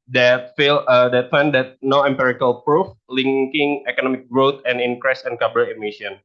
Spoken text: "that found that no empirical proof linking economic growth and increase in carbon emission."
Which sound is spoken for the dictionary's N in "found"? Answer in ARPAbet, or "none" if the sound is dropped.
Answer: L